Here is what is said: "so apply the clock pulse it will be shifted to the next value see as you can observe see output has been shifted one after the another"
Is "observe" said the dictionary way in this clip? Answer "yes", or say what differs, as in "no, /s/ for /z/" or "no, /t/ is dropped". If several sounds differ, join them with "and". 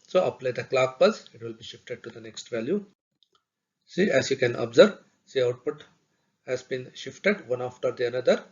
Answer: no, /b/ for /v/